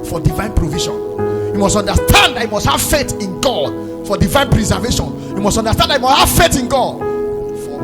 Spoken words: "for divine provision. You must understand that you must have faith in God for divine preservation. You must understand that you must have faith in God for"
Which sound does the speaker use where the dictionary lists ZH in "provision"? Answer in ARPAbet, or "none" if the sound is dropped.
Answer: SH